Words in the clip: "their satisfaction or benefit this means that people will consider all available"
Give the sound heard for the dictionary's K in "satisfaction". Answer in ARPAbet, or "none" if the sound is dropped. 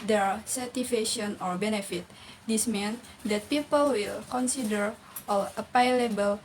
none